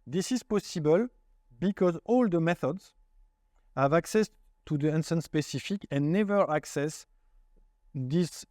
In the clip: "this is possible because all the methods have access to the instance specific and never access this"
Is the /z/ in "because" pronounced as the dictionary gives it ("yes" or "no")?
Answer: yes